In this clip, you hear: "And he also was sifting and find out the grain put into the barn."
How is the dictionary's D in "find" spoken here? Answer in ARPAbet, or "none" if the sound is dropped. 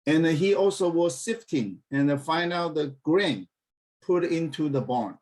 none